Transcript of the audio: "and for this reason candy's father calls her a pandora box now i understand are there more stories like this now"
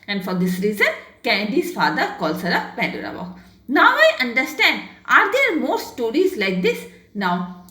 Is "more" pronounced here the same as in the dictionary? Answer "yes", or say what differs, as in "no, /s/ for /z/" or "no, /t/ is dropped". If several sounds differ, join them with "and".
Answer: yes